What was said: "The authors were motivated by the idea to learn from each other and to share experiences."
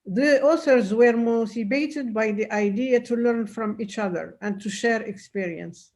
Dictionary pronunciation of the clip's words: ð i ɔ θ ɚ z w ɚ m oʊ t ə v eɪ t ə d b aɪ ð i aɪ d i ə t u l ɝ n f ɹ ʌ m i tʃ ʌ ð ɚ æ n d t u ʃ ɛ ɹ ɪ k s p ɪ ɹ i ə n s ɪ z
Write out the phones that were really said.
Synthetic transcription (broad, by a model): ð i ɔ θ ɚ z w ɚ m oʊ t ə b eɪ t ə d b aɪ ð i aɪ d i ə t u l ɝ n f ɹ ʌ m i tʃ ʌ ð ɚ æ n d t u ʃ ɛ ɹ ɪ k s p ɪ ɹ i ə n s